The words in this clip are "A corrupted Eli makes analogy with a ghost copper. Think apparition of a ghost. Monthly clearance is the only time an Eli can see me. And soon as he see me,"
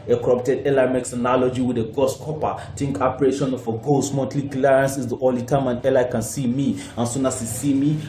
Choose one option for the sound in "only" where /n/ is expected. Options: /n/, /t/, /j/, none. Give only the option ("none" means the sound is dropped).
none